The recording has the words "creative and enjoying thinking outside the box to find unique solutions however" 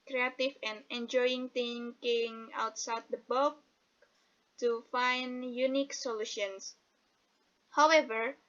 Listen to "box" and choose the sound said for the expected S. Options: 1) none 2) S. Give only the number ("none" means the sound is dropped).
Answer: 1